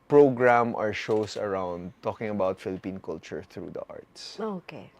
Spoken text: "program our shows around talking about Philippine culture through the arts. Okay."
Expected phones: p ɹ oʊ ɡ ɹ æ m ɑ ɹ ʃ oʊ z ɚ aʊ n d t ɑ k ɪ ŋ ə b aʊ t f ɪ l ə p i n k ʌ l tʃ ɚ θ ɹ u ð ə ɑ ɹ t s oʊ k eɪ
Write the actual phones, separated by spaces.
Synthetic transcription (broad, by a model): p ɹ oʊ ɡ ɹ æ m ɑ ɹ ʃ oʊ s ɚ aʊ n d t ɑ k ɪ ŋ ə b aʊ t f ɪ l ə p i n k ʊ l tʃ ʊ θ ɹ u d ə ɑ ɹ t s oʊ k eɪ